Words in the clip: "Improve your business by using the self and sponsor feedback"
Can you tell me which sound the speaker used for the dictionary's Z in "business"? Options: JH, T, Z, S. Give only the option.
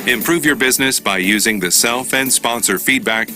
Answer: Z